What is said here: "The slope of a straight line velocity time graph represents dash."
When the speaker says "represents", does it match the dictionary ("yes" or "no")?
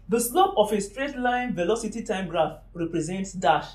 yes